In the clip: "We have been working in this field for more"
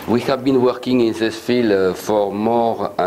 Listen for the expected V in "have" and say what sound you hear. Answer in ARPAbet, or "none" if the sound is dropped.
V